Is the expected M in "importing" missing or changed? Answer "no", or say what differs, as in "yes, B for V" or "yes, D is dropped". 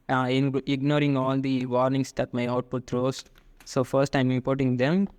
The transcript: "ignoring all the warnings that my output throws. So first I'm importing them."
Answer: yes, M is dropped